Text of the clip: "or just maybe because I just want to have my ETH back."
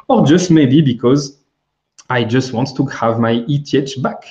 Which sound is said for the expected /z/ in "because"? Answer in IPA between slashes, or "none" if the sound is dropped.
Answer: /z/